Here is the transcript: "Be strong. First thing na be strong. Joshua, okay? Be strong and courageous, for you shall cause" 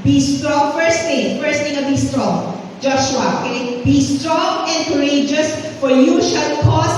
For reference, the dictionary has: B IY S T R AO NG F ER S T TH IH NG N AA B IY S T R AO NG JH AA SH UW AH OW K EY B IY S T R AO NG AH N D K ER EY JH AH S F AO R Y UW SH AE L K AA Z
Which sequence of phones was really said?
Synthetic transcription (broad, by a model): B IY S T R AO NG F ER S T F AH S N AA B IY S T R AO NG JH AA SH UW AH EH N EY B IY S T R AO NG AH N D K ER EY JH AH S F AO R Y UW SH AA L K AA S